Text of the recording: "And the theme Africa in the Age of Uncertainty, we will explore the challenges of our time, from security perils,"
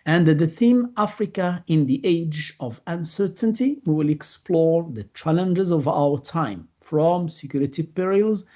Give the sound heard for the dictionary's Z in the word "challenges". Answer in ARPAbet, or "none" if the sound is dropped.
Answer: Z